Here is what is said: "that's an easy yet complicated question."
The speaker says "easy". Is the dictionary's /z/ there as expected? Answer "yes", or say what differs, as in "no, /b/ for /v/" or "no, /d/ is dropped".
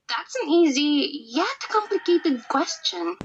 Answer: yes